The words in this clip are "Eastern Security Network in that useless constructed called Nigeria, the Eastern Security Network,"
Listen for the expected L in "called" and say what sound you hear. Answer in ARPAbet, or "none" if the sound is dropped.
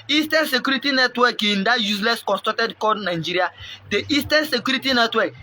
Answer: none